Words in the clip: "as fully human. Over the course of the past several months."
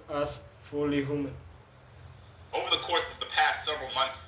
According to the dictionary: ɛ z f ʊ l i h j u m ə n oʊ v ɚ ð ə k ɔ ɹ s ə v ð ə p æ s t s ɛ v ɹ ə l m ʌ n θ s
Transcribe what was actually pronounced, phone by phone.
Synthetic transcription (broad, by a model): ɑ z f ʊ l i h j u m ə n oʊ v ɚ ð ə k ɔ ɹ s ə v ð ə p æ s t s ɛ v ɹ ə l m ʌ n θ s